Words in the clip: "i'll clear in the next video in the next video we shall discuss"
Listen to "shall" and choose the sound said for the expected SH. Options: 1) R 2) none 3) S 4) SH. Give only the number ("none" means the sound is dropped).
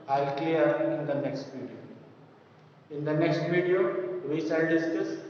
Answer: 3